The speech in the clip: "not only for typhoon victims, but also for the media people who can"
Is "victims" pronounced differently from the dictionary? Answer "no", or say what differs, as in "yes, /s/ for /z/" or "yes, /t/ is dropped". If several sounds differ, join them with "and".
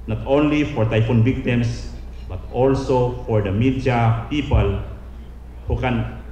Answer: yes, /s/ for /z/